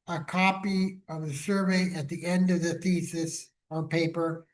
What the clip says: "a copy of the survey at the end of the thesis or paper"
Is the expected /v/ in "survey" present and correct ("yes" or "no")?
yes